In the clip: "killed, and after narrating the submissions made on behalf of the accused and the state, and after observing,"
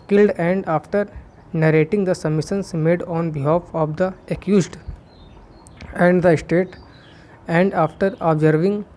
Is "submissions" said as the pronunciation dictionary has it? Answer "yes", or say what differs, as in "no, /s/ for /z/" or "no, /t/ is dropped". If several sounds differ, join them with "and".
no, /b/ is dropped and /s/ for /z/